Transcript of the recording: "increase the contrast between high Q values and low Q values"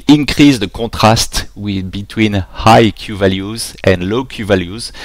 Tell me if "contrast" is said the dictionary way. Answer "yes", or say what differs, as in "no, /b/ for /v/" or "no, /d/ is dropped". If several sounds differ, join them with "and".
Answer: no, /n/ is dropped